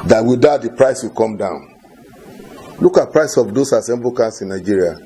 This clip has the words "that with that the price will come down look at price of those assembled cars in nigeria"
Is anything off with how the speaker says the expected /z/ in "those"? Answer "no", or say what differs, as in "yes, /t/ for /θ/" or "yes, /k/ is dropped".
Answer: yes, /s/ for /z/